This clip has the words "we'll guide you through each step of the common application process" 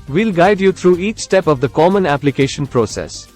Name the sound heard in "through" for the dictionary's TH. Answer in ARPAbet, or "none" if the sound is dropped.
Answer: T